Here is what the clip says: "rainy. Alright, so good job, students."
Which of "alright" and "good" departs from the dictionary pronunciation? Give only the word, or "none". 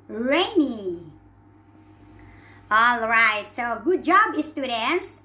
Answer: none